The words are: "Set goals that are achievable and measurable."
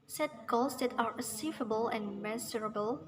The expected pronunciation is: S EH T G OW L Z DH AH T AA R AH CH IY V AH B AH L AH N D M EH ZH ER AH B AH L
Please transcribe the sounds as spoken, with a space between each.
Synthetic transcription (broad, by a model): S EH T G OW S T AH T AA R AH S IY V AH B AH L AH N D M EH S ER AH B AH L